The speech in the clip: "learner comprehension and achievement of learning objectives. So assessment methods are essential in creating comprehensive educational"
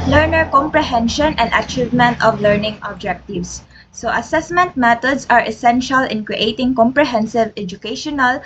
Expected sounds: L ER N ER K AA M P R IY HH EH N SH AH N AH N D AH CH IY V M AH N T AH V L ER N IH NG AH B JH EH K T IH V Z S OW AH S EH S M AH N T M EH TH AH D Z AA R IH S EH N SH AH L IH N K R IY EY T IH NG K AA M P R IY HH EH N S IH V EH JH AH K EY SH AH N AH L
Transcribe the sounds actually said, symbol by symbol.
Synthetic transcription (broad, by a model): L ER N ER K AA M P R IY HH EH N SH AH N AH N D AH CH IY V M AH N T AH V L ER N IH NG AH B JH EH K T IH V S OW AH S EH S M AH N T M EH T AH D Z AA R IH S EH N SH AH L IH N K R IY EY T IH NG K AA M P R IY HH EH N S IH V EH JH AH K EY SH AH N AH L